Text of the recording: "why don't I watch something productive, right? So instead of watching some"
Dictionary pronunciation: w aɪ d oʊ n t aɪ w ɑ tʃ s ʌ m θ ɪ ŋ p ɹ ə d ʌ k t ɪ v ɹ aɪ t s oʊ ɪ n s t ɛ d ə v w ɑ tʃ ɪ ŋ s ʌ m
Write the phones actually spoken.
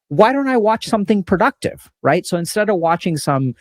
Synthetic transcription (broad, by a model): w aɪ d oʊ n t aɪ w ɑ tʃ s ʌ m θ ɪ ŋ p ɹ ə d ʌ k t ɪ v ɹ aɪ t s oʊ ɪ n s t ɛ d ə v w ɑ tʃ ɪ ŋ s ʌ m